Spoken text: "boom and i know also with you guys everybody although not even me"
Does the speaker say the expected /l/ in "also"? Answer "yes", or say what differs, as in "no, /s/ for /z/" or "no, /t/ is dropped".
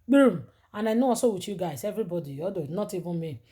no, /l/ is dropped